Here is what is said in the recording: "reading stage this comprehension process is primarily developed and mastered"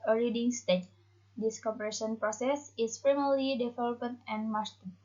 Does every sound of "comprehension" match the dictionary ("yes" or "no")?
no